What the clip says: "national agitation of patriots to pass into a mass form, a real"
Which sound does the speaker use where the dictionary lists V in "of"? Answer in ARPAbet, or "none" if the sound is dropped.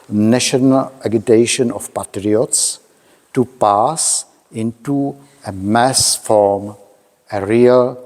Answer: F